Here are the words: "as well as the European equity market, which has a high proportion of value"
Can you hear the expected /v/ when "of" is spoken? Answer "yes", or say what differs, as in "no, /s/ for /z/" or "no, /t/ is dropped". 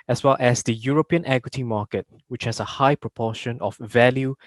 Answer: no, /f/ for /v/